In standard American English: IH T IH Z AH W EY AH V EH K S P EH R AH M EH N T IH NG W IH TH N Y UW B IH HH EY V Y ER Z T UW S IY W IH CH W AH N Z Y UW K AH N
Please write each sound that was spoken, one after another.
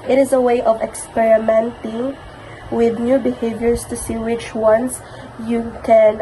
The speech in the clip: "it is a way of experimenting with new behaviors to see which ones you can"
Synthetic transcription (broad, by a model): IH T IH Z AH W EY AH V EH K S P EH R AH M EH N T IH NG W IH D N Y UW B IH HH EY V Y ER S T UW S IY W IH CH W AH N S Y UW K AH N